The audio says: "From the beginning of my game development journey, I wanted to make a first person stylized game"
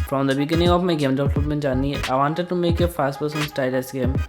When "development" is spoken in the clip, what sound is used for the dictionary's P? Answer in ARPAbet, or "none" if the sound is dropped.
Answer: B